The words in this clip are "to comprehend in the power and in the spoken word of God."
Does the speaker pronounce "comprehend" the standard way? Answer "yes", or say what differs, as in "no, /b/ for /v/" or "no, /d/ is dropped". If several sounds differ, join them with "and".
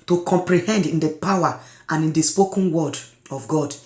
yes